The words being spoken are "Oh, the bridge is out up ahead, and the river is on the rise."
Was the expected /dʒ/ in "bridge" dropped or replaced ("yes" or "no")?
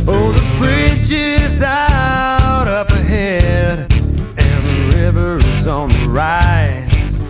yes